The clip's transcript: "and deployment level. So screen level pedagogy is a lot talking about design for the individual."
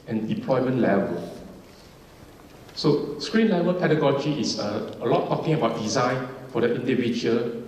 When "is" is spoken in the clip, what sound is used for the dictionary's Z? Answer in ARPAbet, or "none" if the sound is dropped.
S